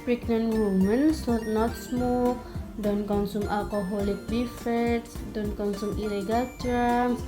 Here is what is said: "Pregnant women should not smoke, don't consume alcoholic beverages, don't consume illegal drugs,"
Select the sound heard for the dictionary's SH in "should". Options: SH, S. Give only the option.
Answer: S